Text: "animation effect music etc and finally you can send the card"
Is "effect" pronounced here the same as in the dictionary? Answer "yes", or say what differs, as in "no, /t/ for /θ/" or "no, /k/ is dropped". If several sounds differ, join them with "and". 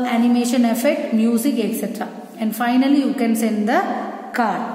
no, /k/ is dropped